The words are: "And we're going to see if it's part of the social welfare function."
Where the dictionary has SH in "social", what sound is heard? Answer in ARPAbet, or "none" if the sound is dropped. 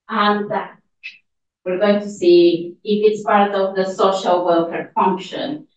SH